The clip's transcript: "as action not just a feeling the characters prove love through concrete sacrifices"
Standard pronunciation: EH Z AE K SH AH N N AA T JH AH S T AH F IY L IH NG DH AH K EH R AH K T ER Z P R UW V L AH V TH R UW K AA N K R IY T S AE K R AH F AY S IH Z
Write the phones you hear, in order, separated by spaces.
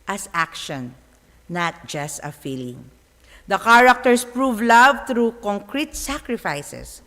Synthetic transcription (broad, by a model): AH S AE K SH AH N N AA T JH AH S T AH F IY L IH NG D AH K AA R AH K T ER S P R UW V L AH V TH R UW K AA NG K R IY T S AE K R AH F AY S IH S